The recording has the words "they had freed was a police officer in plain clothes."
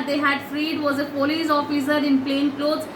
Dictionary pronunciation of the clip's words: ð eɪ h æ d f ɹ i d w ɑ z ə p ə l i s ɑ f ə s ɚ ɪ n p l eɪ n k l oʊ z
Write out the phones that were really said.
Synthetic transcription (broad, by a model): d eɪ h æ d f ɹ i d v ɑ z ə f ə l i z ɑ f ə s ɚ ɪ n p l eɪ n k l oʊ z